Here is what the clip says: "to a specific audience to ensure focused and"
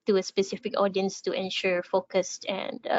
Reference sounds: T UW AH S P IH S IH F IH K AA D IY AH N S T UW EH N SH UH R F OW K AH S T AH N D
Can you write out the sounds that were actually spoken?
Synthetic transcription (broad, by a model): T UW AH S P IH S IH F IH K AA D IY AH N S T UW EH N SH UH R F OW K AH S T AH N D